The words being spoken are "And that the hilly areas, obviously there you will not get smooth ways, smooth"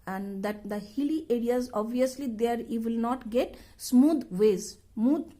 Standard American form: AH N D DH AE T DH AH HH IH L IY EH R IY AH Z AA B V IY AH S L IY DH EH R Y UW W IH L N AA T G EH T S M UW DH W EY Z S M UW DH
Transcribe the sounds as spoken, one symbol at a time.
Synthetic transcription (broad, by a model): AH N D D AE T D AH HH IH L IY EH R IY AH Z AA B V IY AH S L IY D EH R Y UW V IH L N AA T G EH T S M UW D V EY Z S M UW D